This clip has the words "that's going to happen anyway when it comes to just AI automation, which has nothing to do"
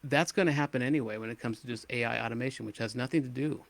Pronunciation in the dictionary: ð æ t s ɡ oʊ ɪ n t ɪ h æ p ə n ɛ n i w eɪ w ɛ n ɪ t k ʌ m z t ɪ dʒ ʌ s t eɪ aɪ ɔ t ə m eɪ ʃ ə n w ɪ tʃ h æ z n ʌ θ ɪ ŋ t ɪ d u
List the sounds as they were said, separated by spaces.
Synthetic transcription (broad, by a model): ð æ t s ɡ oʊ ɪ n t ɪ h æ p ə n ɛ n i w eɪ w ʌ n ɪ t k ʌ m z t ɪ dʒ ʌ s t eɪ aɪ ɔ t ə m eɪ ʃ ə n w ɪ tʃ h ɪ z n ʌ θ ɪ ŋ t ɪ d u